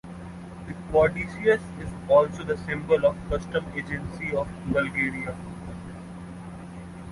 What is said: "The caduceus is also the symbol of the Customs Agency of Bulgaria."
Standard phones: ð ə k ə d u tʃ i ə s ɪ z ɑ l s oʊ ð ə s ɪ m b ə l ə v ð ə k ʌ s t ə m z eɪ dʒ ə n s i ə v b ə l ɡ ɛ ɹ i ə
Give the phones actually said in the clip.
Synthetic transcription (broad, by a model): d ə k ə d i ʃ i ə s ɪ z ɑ l s oʊ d ə s ɪ m b ə l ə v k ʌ s t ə m eɪ dʒ ə n s i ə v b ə l ɡ ɛ ɹ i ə